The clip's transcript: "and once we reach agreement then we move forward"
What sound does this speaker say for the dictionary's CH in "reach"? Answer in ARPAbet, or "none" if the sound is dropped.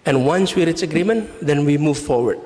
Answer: S